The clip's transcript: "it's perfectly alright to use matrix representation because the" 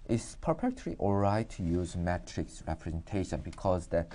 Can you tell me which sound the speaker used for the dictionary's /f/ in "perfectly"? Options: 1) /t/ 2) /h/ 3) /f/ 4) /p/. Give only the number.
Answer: 4